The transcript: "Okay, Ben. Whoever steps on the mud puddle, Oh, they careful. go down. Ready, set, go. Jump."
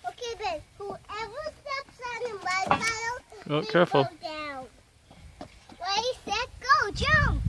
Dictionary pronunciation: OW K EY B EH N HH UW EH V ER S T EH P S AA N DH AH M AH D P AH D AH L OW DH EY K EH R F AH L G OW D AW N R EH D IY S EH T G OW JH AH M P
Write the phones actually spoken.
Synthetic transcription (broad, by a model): OW K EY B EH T HH UW EH V ER S T EH P S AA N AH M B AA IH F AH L OW K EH R F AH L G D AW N W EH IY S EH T G OW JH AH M